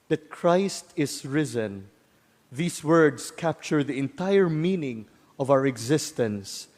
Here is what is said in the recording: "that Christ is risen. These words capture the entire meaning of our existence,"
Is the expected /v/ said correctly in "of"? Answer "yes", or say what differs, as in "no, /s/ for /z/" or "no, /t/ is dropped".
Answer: yes